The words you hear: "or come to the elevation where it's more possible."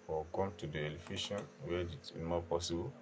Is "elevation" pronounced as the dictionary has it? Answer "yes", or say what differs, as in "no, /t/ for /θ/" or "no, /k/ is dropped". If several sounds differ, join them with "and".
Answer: no, /f/ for /v/